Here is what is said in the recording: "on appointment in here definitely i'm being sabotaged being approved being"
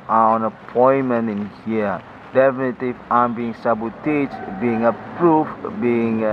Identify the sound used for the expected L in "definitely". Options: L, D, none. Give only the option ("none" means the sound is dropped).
none